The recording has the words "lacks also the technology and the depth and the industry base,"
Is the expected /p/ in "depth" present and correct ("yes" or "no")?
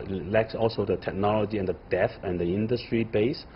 no